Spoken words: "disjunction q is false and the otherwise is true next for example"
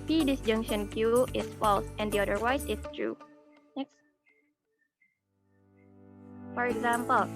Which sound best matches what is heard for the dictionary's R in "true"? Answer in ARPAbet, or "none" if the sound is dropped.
R